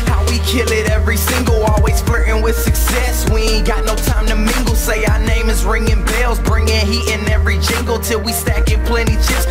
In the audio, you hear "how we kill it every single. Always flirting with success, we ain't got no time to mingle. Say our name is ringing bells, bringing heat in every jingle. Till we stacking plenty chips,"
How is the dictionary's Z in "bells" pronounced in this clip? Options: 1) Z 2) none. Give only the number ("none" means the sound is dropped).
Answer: 1